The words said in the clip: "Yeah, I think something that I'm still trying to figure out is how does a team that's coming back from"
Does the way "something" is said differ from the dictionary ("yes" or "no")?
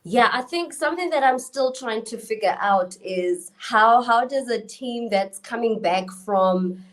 no